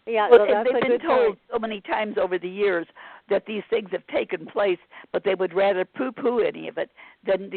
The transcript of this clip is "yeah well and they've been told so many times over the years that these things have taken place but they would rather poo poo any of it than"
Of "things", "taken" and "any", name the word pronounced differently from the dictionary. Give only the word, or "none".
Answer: none